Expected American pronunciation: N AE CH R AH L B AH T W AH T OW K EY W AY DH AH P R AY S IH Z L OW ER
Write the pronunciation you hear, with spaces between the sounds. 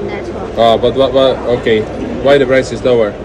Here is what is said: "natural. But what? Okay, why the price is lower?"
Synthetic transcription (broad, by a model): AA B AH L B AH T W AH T OW K EY W AY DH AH B R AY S IH Z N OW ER